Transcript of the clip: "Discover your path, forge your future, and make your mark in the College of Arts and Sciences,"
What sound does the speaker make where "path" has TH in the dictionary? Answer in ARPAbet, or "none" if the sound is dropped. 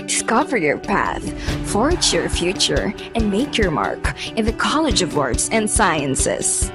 TH